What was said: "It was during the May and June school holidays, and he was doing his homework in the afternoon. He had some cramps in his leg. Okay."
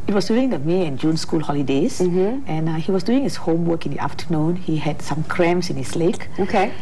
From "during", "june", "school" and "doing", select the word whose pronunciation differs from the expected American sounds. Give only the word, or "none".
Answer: during